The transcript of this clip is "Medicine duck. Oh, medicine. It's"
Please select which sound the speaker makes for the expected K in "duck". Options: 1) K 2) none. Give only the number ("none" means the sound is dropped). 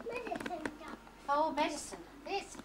2